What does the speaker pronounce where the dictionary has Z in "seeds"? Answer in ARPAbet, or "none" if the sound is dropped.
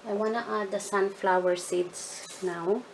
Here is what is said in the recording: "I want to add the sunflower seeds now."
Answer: S